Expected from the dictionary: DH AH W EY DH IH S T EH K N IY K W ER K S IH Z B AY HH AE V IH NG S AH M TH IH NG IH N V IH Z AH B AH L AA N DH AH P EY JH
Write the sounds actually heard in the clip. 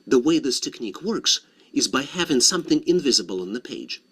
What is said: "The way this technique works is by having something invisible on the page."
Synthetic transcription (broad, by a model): DH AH W EY DH IH S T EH K N IY K W ER K S IH Z B AY HH AE V IH NG S AH M TH IH NG IH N V IH Z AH B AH L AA N DH AH P EY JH